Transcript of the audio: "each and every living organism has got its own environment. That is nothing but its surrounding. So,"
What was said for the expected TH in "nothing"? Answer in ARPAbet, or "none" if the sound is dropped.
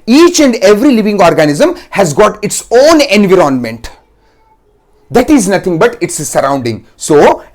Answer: T